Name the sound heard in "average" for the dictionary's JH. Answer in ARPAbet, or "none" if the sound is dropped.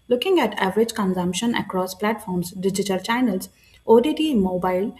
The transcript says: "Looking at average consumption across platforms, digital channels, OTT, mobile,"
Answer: JH